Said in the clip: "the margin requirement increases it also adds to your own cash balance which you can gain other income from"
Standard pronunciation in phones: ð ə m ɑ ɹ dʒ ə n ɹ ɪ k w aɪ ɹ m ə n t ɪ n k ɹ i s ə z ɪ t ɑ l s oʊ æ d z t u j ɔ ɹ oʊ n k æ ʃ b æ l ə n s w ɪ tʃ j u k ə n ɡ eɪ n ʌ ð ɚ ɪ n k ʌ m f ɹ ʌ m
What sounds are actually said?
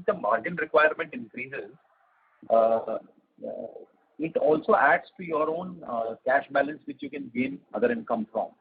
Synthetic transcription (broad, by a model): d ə m ɑ ɹ dʒ ə n ɹ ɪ k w aɪ ɹ m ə n t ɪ n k ɹ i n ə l ɪ t ɑ l s oʊ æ d s t u j ɔ ɹ oʊ n k æ ʃ b æ l ə n s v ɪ tʃ j u k ə n ɡ eɪ n ʌ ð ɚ ɪ n k ʌ m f ɹ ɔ m